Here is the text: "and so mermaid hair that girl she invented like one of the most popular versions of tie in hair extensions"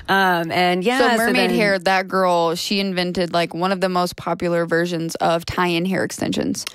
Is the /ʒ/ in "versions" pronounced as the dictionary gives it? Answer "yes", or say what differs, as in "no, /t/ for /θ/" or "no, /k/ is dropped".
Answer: yes